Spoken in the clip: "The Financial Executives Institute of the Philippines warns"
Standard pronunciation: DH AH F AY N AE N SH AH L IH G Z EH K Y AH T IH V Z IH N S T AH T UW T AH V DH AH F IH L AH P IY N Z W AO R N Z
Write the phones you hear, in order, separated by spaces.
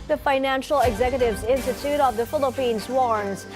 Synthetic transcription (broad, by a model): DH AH F AY N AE N SH L IH G Z EH K Y AH T IH V Z IH N S T AH T UW T AH V DH AH F IH L AH P IY N Z W AO R N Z